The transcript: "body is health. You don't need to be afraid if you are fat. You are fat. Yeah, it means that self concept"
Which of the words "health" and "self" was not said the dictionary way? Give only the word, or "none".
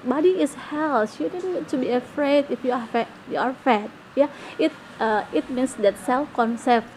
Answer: health